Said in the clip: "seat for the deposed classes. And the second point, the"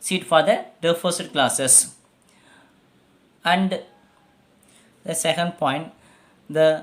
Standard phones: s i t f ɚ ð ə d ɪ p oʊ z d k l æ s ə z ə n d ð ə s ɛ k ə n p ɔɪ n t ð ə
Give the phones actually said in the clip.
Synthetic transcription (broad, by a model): s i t f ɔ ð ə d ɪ f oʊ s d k l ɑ s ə s ə n d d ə s ɛ k ə n p ɔɪ n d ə